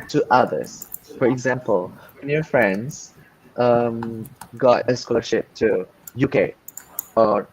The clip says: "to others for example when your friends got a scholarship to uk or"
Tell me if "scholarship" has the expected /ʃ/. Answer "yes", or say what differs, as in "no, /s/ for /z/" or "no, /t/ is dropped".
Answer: yes